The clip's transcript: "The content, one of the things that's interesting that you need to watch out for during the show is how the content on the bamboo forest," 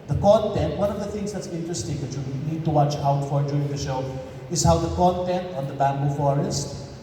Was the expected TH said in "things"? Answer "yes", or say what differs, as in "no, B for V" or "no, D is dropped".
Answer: no, T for TH